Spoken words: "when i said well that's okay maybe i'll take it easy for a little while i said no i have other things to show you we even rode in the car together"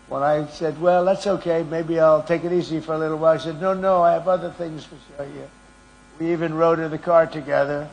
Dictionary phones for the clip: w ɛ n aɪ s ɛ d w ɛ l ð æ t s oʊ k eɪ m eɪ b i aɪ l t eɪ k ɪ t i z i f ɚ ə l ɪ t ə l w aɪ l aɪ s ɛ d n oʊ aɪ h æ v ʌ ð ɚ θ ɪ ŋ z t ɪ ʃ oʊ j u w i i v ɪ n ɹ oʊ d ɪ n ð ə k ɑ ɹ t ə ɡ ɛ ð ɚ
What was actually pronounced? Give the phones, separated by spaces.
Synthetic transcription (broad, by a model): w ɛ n aɪ s ɛ d w ɛ l ð æ t s oʊ k eɪ m eɪ b i aɪ l t eɪ k ɪ t i z i f ɚ ə l ɪ t l w aɪ l aɪ s ɛ d n oʊ aɪ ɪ v ʌ ð ɚ θ ɪ ŋ z t ɪ ʃ oʊ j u w i i v ɪ n ɹ oʊ d ɪ n ð ə k ɑ ɹ t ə ɡ ɛ ð ɚ